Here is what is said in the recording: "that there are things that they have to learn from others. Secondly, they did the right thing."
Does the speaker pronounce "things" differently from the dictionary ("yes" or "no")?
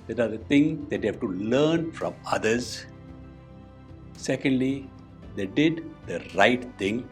yes